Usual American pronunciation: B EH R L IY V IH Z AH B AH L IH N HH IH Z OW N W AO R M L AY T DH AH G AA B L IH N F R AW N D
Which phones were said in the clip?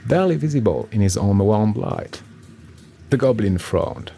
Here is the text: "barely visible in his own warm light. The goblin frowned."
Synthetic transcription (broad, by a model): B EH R L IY V IH Z AH B AH L IH N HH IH Z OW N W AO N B L AY T DH AH G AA B L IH N F R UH N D